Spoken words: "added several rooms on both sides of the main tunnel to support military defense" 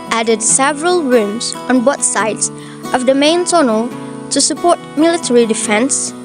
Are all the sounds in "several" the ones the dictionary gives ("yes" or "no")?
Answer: yes